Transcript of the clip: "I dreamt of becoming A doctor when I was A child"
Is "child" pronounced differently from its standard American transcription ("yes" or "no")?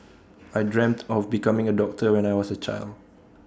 no